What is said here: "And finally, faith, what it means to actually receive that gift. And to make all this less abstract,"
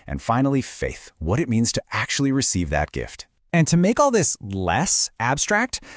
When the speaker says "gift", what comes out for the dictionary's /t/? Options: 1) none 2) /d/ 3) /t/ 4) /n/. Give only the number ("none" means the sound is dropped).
3